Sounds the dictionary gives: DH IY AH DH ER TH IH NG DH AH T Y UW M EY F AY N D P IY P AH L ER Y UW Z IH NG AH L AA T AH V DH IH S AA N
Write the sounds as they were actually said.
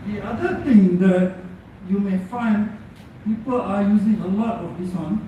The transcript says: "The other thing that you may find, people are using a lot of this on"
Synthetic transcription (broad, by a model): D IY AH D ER T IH NG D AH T Y UW M EY F AY N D P IY P AH L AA Y UW Z IH NG AH L AA T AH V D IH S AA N